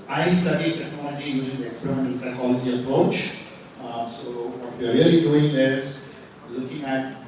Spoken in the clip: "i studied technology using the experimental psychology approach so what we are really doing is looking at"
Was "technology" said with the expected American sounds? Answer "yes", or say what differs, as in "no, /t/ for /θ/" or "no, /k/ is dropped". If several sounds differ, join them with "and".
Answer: no, /n/ is dropped